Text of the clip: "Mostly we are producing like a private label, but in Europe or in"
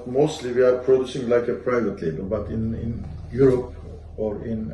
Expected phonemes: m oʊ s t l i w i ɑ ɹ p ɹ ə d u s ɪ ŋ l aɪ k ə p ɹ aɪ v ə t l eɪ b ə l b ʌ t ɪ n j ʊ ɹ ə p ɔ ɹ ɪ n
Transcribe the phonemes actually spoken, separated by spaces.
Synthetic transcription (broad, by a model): m oʊ s t l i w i ɑ ɹ p ɹ ə d u s ɪ ŋ l aɪ k ə p ɹ aɪ v ə t l eɪ b ə l b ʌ t ɪ n j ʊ ɹ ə p ɔ ɹ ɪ n